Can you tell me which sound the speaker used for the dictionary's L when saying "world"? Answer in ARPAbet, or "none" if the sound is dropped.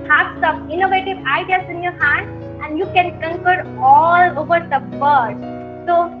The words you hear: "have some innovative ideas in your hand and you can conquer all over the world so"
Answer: none